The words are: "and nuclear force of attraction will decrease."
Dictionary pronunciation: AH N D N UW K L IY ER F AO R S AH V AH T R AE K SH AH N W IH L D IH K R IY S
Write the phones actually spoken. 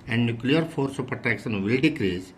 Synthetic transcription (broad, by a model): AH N D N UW K L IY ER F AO R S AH P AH T AE K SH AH N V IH L D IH K R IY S